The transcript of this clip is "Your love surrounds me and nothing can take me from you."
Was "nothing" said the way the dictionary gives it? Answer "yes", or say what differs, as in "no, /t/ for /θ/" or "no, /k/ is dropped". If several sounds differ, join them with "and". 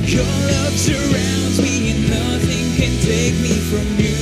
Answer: yes